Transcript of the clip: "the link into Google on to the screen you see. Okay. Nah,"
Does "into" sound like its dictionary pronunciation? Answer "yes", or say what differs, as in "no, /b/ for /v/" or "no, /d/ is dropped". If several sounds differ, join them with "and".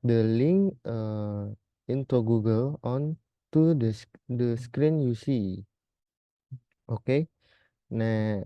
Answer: yes